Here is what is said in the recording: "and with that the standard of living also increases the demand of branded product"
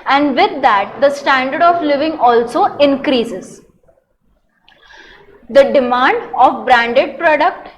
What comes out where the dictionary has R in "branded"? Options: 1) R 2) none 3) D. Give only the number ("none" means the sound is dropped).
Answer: 1